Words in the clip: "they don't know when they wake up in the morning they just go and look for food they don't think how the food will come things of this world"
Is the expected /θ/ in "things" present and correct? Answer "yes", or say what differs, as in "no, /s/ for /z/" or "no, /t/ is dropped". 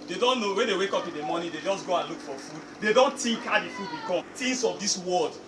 no, /t/ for /θ/